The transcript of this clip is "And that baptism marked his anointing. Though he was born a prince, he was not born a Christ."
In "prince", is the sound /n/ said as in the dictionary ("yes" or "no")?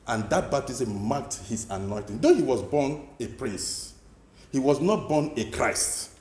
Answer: no